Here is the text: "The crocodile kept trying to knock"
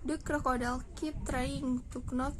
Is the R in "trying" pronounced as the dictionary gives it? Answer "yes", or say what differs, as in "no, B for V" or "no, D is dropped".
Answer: yes